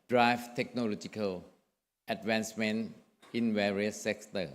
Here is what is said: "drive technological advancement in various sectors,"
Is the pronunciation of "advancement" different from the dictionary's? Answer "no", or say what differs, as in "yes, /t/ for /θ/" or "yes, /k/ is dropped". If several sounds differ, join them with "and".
yes, /t/ is dropped